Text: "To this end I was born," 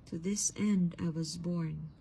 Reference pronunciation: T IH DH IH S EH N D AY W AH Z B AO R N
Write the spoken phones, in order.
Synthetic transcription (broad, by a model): T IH DH IH S EH N D AY W AH Z B AO R N